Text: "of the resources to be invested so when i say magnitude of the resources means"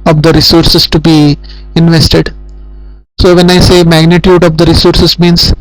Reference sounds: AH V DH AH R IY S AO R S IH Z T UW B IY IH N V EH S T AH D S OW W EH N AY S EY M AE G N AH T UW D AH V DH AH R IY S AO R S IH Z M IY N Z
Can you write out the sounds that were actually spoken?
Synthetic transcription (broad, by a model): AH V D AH R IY S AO R S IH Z T UW B IY IH N V EH S T AH D S OW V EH N AY S EY M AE G N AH T UW D AH V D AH R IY S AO R S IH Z M IY N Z